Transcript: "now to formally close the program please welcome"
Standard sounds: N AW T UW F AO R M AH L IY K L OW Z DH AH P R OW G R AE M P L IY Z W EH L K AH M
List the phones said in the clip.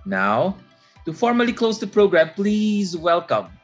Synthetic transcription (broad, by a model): N AW T UW F AO R M AH L IY K L OW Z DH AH P R OW G R AE M P L IY Z W EH L K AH M